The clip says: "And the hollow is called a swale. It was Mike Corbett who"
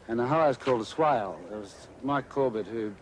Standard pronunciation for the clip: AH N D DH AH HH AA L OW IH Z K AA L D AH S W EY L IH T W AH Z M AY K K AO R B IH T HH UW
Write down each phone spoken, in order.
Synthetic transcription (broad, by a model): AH N DH AH HH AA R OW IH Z K AA L D AH S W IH L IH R W AH Z M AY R K AO R B IH T HH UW